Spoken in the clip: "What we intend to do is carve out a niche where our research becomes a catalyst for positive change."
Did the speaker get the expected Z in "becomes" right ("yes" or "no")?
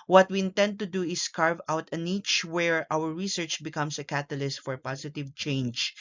no